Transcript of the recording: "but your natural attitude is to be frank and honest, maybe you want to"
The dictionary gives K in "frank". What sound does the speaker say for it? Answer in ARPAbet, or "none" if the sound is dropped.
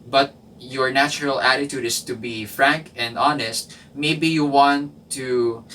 K